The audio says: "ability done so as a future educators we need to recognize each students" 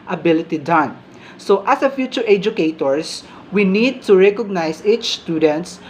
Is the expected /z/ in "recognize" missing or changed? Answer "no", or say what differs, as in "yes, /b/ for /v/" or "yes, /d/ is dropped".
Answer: yes, /s/ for /z/